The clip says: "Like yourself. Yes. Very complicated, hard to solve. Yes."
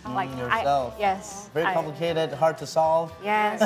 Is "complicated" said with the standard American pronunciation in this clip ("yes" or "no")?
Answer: no